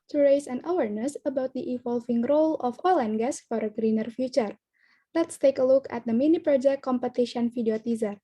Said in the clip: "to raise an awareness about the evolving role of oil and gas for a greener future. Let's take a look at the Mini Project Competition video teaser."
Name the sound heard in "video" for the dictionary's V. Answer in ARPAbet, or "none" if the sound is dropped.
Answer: F